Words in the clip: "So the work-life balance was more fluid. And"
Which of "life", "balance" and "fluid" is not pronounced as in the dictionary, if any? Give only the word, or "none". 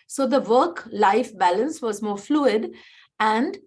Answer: none